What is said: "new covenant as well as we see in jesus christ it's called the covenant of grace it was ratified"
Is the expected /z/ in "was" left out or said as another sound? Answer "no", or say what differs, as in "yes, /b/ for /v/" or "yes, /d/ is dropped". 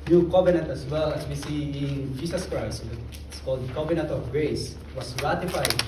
yes, /s/ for /z/